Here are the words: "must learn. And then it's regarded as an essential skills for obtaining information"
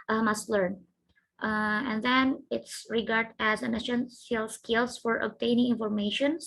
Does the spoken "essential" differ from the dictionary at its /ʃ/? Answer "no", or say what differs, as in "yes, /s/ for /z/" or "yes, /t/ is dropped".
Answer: yes, /s/ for /ʃ/